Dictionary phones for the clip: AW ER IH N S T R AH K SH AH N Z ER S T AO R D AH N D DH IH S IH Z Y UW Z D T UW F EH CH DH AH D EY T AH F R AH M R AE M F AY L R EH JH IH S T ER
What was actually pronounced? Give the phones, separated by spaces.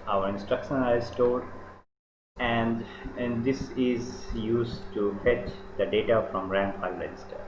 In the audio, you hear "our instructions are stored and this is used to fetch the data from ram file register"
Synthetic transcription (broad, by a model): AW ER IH N S T R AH K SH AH N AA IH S T AO L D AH N D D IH S IH Z Y UW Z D T UW F EH CH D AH D EY T AH F R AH M R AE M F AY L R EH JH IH S T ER